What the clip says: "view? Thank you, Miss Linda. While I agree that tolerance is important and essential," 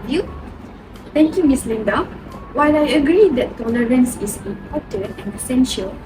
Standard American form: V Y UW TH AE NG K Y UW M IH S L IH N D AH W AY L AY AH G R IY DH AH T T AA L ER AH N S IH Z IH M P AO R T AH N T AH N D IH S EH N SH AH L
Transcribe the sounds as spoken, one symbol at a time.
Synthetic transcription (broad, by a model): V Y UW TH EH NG K Y UW M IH S L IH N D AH W AY L AY AH G R IY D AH T T AA L ER AH N S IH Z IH M P AO T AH N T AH N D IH S EH N SH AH L